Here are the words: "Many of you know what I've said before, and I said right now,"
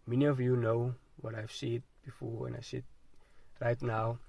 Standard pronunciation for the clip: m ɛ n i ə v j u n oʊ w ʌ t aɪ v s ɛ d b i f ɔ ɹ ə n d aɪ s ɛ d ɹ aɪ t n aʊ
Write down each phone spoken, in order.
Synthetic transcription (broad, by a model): m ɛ n i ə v j u n oʊ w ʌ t aɪ v s ɛ d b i f ɔ w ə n aɪ s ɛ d ɹ aɪ t n aʊ